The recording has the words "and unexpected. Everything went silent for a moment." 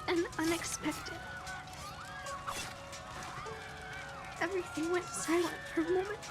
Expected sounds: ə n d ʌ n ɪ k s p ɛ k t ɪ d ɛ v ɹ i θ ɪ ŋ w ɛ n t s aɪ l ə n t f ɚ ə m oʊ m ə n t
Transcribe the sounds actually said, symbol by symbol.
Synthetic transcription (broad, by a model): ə n ʌ n ɪ k s p ɛ k t ɪ d ɛ v ɹ i θ ɪ ŋ w ɛ n t s aɪ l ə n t f ɚ ə m oʊ m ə n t